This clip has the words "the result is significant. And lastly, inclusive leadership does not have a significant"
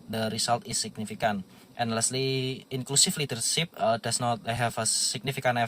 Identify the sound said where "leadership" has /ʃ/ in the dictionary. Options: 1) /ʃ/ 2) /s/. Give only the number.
2